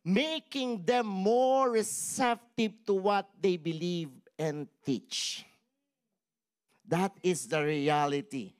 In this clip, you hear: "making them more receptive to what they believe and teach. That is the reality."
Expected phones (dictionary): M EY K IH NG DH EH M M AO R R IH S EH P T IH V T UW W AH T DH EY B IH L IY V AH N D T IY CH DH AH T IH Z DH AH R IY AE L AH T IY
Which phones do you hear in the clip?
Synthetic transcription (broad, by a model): M EY K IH NG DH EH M M AO R R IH S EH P T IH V T UW W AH T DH EY B IH L IY V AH N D T IY CH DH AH T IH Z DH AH R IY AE L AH T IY